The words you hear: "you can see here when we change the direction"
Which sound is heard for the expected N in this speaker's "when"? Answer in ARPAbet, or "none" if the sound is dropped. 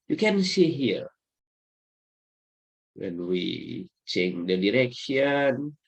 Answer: N